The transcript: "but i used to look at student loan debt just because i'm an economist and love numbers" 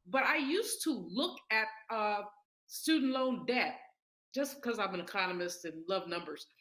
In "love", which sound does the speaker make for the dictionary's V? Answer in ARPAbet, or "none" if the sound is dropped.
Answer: V